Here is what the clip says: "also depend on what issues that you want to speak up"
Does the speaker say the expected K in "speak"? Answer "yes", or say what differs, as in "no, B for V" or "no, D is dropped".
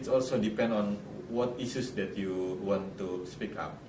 yes